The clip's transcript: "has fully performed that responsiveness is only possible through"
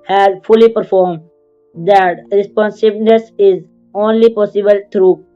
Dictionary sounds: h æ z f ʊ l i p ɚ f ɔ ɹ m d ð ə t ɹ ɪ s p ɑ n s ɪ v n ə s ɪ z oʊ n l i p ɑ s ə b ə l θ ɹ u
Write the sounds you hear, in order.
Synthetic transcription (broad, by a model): h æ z f ʊ l i p ɚ f ɔ ɹ m d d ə t ɹ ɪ s p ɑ n s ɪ b n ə s ɪ z oʊ n l i p ɑ s ə b ə l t ɹ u